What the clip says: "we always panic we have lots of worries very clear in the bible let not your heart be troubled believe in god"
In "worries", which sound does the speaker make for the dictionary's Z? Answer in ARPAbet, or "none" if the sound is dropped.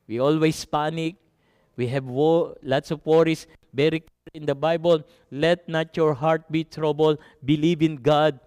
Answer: S